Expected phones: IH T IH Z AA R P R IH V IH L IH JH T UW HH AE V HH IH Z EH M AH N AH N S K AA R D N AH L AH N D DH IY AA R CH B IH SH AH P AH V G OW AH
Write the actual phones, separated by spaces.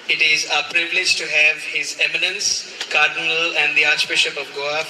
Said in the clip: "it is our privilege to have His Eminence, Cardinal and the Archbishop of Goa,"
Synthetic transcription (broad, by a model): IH T IH Z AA P R IH V IH L IH JH T UW HH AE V HH IH Z EH M AH N AH N S K AA R D N AH L AH N D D IY AA R CH B IH SH AH P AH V G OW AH